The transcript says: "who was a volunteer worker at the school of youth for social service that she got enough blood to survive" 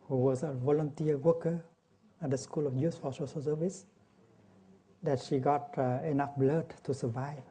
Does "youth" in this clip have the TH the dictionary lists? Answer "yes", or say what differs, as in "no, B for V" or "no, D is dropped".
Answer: no, S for TH